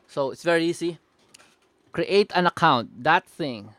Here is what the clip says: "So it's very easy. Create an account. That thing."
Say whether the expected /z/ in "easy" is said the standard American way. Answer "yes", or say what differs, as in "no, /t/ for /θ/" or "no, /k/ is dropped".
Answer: no, /s/ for /z/